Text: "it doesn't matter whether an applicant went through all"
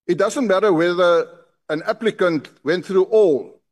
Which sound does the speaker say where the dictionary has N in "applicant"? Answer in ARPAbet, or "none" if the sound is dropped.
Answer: N